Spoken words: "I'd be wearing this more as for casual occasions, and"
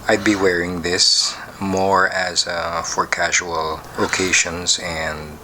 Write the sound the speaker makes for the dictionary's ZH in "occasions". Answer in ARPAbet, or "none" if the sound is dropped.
SH